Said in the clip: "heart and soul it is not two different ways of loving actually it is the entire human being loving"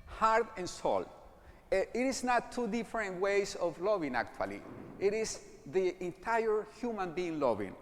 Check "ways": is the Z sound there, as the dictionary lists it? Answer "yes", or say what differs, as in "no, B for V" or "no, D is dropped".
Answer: no, S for Z